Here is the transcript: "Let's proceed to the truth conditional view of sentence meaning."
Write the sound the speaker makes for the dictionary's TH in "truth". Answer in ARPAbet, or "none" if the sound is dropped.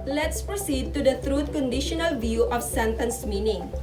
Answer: T